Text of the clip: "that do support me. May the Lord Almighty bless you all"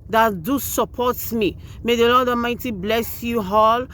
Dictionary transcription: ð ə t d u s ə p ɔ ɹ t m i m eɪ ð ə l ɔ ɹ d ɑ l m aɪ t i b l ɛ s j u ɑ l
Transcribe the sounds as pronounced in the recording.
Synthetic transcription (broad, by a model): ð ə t d u s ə p ɔ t m i m eɪ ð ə l ɔ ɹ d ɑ m aɪ t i b l ɛ s j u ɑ l